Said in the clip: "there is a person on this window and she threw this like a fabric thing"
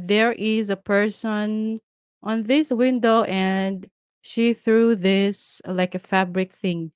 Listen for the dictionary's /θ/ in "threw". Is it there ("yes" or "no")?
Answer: yes